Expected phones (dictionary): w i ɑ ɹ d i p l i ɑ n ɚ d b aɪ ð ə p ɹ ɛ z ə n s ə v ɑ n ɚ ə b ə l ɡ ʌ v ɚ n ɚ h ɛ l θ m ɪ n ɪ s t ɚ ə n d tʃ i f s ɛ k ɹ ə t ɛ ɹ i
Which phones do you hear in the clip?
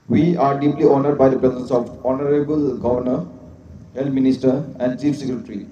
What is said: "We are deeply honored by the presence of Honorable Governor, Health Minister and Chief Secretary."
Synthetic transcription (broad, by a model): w i ɑ ɹ d i p l i ɑ n ɚ d b aɪ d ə p ɹ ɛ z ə n s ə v ɑ n ɚ ə b ə l ɡ ʌ v ɚ n ɚ h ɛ l t m ɪ n ɪ s t ɚ ə n d tʃ i f s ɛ k ɹ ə t ɹ i